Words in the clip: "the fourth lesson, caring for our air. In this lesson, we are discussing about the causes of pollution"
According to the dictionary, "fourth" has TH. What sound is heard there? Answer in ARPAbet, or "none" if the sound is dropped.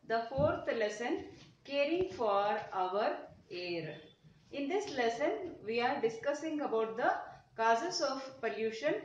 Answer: T